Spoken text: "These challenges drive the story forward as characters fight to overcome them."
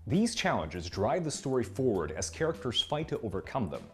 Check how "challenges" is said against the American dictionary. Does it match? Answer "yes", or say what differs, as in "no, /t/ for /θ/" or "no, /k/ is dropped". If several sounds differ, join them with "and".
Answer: yes